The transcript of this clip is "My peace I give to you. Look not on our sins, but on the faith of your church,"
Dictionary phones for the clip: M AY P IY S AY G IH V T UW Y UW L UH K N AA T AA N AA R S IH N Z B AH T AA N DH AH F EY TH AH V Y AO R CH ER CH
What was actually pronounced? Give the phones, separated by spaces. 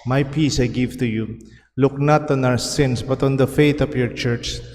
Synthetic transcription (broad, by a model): M AY P IY S AY G IH V T UW Y UW L UH K N AA T AA N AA W S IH N S B AH T AA N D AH F EY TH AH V Y AO R CH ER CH